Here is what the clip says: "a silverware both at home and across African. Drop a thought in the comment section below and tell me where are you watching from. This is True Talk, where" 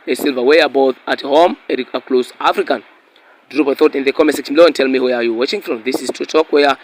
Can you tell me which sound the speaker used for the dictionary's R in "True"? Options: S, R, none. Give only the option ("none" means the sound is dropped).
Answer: none